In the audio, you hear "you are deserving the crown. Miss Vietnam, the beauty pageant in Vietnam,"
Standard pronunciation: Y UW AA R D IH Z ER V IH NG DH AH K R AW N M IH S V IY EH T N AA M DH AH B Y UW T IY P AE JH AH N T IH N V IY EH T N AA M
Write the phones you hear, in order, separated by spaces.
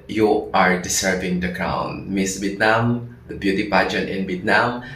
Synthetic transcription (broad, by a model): Y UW AA R D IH S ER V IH NG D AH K R AW N M IH S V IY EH T N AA M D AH B Y UW T IY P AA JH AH T IH N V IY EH T N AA M